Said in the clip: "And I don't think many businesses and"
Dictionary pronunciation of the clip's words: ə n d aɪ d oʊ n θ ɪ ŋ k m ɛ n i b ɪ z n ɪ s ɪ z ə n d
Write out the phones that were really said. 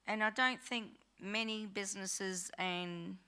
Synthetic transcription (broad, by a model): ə n aɪ d oʊ n θ ɪ ŋ k m ɛ n i b ɪ z n ɪ s ɪ z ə n